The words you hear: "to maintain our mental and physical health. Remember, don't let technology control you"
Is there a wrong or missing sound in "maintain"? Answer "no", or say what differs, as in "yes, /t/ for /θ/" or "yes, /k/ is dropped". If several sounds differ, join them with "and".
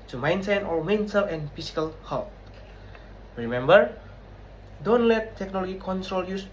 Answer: yes, /s/ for /t/